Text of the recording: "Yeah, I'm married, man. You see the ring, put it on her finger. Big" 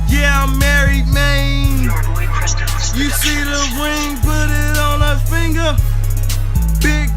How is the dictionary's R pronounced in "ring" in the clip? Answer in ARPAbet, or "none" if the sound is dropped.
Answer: W